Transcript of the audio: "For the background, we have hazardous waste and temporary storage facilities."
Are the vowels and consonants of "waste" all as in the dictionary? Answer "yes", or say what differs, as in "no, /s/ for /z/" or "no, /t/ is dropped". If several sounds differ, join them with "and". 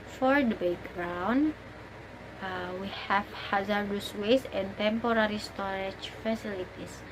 no, /t/ is dropped